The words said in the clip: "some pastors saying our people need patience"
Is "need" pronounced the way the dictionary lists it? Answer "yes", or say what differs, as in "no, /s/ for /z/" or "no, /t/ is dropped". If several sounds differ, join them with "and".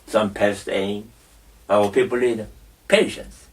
no, /l/ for /n/